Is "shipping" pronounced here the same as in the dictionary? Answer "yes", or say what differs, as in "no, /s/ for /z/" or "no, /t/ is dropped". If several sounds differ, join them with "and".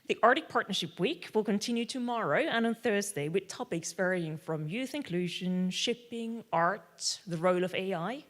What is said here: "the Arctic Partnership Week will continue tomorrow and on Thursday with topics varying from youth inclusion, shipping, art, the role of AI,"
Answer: yes